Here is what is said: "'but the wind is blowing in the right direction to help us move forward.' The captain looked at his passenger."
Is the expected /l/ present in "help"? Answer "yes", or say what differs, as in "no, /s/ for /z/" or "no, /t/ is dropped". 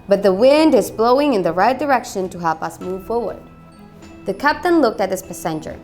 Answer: yes